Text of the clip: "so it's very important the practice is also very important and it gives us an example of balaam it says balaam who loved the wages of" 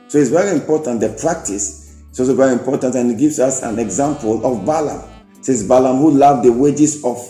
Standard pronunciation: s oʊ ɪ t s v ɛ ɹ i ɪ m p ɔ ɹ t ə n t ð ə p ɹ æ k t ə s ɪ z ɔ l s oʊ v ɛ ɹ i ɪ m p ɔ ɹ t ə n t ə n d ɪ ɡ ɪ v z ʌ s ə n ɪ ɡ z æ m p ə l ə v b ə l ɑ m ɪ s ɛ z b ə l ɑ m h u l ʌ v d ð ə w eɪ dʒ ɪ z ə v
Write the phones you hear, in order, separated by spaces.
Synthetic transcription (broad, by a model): s oʊ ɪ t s v ɛ ɹ i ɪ m p ɔ t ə n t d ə p ɹ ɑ k t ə s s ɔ s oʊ v ɛ ɹ i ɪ m p ɔ t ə n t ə n ɪ ɡ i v s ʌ s ə n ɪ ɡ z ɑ m p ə l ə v b ə l ɑ m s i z b ə l ɑ m h u l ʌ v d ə w eɪ dʒ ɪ s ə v